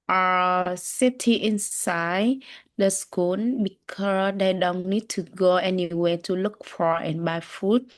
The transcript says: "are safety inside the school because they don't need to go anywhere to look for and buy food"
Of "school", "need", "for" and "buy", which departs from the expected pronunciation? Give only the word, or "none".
school